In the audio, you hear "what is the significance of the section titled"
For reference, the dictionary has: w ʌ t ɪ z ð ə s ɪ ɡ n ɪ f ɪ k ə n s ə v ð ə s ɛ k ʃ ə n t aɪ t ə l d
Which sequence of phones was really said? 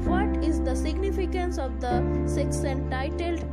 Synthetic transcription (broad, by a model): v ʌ t ɪ z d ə s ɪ ɡ n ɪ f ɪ k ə n s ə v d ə s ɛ k s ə n t aɪ t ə l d